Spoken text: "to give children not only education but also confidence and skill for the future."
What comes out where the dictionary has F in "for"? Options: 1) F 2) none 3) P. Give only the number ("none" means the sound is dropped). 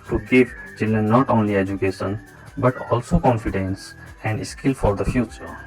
1